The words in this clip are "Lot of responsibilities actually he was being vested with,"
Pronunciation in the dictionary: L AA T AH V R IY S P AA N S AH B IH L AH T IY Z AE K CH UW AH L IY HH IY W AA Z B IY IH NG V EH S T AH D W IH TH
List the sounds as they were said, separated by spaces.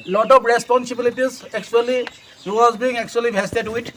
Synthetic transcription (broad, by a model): L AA T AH P R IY S P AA N S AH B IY L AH T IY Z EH K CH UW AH L IY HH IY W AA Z B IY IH NG B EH S T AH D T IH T